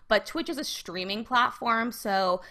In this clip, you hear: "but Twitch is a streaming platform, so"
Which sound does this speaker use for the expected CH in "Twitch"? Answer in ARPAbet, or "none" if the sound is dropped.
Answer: CH